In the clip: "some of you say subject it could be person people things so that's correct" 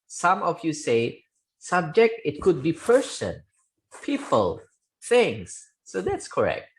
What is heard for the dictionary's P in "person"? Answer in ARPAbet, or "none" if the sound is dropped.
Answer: P